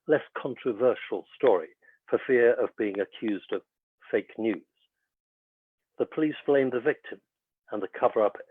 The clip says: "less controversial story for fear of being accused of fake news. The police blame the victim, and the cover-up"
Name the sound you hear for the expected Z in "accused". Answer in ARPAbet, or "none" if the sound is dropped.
Z